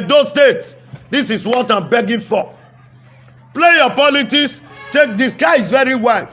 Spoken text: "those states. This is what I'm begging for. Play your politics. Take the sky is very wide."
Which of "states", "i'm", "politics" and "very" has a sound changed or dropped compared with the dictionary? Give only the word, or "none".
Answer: politics